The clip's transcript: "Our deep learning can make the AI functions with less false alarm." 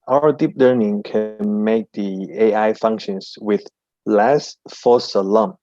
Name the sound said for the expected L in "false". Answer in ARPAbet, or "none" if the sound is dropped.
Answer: none